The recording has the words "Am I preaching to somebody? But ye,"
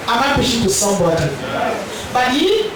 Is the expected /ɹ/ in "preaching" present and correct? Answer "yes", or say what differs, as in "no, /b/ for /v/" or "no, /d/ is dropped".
no, /ɹ/ is dropped